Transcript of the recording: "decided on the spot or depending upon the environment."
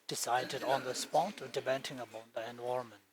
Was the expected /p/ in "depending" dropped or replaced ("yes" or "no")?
yes